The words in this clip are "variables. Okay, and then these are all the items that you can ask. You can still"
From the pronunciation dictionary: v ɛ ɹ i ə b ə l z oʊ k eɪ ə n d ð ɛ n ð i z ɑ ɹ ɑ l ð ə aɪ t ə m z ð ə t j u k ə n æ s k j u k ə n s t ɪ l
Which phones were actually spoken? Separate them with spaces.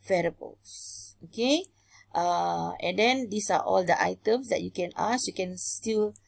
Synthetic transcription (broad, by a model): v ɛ ɹ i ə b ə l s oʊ k eɪ ə n d ɛ n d i s ɑ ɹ ɑ l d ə aɪ t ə m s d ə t j u k ə n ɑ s j u k ə n s t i l